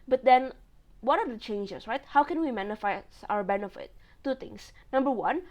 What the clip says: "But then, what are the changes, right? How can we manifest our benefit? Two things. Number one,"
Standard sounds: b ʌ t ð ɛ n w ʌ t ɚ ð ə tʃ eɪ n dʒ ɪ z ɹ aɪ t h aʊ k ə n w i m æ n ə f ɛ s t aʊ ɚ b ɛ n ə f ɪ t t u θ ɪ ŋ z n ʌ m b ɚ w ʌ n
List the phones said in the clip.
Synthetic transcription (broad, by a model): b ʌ t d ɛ n w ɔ t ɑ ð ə tʃ eɪ n dʒ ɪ s ɹ aɪ t h aʊ k ə n w i m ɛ n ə f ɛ s aʊ ɚ b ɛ n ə f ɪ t t u t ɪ ŋ s n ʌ m b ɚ w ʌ n